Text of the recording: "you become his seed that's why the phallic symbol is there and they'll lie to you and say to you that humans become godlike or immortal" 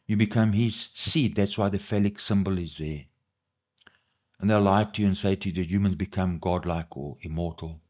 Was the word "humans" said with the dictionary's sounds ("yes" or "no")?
yes